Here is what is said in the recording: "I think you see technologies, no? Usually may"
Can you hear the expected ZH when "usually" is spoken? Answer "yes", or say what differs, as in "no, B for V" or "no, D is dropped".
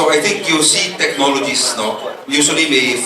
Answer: no, S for ZH